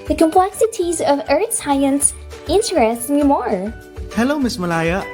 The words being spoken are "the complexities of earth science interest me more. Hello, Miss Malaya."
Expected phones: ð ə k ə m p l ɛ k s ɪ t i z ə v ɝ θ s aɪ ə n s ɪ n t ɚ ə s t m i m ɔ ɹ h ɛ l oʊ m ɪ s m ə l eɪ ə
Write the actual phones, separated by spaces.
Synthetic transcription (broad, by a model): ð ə k ə m p l ɛ k s ɪ t i z ə v ɝ θ s aɪ ə n s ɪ n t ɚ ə s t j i m ɔ ɹ h ɛ l oʊ m ɪ s m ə l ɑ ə